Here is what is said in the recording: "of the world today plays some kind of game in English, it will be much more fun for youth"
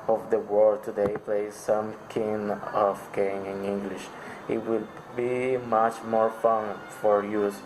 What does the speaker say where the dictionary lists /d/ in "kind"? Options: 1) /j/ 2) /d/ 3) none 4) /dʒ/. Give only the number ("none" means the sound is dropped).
3